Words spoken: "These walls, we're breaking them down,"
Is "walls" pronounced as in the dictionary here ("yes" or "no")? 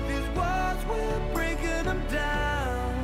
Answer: no